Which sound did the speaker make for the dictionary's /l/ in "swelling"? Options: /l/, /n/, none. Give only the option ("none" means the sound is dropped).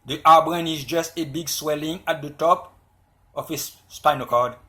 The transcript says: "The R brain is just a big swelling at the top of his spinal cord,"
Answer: /l/